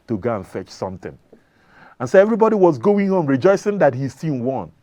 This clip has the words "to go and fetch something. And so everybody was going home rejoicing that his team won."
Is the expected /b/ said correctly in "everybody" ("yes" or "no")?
yes